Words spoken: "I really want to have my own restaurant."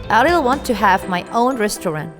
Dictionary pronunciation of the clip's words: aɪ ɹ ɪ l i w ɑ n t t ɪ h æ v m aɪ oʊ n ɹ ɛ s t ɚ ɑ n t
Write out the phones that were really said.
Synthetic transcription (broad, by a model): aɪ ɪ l w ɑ n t t ɪ h æ v m aɪ oʊ n ɹ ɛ s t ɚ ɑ n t